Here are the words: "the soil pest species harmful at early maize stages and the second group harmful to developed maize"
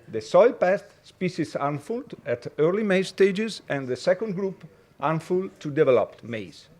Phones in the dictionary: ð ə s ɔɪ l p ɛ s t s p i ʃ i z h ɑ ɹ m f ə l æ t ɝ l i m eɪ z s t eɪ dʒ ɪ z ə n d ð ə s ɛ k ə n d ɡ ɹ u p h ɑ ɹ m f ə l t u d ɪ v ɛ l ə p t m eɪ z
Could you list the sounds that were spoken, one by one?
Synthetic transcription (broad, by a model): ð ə s ɔɪ l p ɛ s t s p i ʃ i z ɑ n f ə l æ t ɝ l i m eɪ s t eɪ dʒ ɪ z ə n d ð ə s ɛ k ə n d ɡ ɹ u p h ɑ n f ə l t u d ɪ v ɛ l ə p t m eɪ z